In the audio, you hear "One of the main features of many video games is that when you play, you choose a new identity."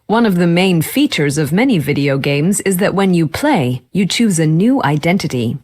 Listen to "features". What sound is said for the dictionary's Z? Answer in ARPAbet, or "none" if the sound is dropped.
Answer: Z